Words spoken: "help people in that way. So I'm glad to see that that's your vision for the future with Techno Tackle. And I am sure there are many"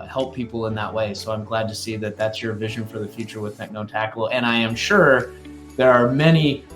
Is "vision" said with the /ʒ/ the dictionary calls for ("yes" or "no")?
yes